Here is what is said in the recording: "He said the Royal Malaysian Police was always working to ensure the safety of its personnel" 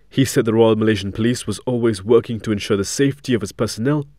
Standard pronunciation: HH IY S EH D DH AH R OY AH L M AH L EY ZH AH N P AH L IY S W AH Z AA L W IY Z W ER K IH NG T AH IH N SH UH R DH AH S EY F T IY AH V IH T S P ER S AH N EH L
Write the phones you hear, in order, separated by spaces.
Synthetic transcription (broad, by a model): HH IY S EH D DH AH R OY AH L M AH L EY ZH AH N P AH L IY S W AH Z AA L W IY Z W ER K IH NG T AH IH N SH UH R DH AH S EY F T IY AH V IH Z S P ER S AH N EH L